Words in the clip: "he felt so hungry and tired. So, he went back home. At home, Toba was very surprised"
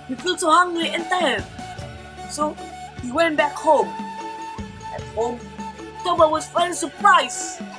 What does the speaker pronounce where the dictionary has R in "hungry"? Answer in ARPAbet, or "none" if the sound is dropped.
L